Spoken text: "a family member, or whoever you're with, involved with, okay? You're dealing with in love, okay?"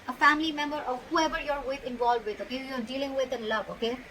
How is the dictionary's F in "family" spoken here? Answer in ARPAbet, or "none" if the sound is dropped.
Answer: F